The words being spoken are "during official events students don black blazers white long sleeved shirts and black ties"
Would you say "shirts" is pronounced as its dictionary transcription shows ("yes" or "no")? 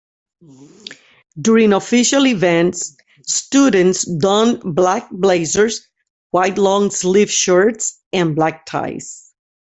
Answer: yes